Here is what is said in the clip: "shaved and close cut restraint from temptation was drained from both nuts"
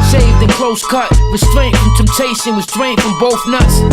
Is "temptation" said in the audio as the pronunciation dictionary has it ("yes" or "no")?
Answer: no